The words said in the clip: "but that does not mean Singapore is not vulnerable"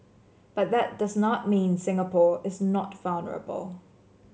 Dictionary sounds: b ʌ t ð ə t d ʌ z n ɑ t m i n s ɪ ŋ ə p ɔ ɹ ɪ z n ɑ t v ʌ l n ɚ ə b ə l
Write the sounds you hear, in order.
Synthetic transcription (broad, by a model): b ʌ t ð ə t d ʌ z n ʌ t m i n s ɪ ŋ ə p ɔ ɹ ɪ z n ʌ t v ʌ l n ɚ ə b ə l